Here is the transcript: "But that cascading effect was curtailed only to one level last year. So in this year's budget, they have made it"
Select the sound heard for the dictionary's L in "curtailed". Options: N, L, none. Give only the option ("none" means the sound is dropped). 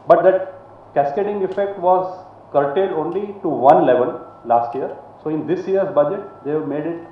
none